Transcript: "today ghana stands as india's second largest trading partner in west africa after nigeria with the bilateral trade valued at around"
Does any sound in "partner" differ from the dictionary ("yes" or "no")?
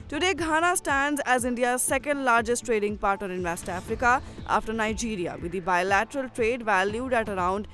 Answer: yes